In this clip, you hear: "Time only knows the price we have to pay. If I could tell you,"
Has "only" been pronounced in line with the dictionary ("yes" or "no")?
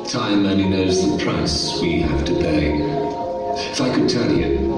no